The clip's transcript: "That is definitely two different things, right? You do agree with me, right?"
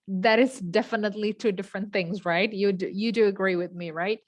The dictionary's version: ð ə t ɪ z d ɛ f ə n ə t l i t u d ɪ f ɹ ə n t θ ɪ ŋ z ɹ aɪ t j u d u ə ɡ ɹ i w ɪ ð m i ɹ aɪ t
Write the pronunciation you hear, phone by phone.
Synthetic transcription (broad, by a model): ð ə t ɪ z d ɛ f ə n ə t l i t u d ɪ f ɹ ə n θ ɪ ŋ z ɹ aɪ t j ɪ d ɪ ə ɡ ɹ i w ɪ ð m i ɹ aɪ t